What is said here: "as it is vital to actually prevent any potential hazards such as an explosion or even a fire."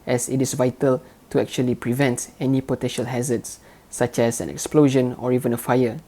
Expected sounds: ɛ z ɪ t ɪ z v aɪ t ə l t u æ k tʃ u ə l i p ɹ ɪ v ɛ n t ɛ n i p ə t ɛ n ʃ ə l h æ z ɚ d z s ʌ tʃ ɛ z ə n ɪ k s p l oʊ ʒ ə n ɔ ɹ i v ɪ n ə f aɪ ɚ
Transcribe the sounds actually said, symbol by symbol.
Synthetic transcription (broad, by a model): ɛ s ɪ t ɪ s v aɪ t ə l t u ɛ k tʃ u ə l i p ɹ ɪ v ɛ n t ɛ n i p ə t ɛ n ʃ ə l h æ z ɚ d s s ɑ tʃ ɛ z ə n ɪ k s p l oʊ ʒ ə n ɔ ɹ i v ɪ n ə f aɪ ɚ